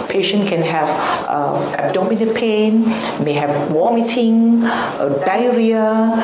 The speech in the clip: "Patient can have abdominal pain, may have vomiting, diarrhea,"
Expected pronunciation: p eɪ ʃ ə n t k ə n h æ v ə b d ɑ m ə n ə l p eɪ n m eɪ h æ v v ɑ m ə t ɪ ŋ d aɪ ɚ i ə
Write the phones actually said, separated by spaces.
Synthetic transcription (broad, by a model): p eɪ ʃ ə n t k ə n h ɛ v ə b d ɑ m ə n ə p eɪ n m eɪ h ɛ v w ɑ m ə t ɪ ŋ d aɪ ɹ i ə